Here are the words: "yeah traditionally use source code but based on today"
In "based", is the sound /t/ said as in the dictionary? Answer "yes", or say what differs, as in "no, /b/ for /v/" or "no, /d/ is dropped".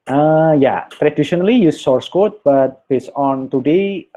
no, /t/ is dropped